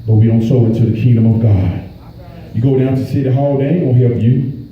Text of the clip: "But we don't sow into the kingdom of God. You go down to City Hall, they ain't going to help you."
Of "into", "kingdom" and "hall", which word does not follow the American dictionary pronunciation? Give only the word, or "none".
none